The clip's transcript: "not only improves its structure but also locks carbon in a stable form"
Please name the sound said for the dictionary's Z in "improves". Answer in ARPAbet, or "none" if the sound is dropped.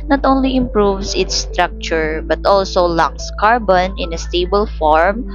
S